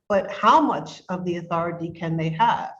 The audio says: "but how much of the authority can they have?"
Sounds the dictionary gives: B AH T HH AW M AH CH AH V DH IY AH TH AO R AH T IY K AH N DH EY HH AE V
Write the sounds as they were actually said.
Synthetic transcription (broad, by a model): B AH T HH AW M AH CH AH V DH IY AH TH AO R AH T IY K AH N DH EY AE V